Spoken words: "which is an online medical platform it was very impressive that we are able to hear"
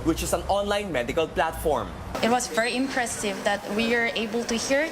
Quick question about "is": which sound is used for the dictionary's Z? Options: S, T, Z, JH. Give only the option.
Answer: S